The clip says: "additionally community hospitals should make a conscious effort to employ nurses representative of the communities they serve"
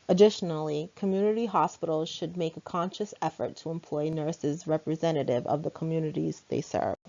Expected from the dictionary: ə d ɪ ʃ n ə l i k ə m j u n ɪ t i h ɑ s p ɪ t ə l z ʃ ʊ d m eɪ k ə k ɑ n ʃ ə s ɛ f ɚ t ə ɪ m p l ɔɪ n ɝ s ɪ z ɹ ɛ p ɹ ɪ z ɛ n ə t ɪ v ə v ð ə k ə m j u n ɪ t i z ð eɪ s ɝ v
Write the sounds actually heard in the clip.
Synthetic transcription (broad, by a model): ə d ɪ ʃ n l i k ə m j u n ɪ t i h ɑ s p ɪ t l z ʃ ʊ d m eɪ k ə k ɑ n ʃ ə s ɛ f ɚ t ə ɪ m p l ɔɪ n ɝ s ɪ z ɹ ɛ p ɹ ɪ z ɛ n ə t ɪ v ə v ð ə k ə m j u n ɪ t i z ð eɪ s ɝ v